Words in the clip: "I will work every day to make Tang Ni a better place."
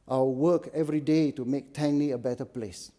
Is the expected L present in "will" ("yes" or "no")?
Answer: no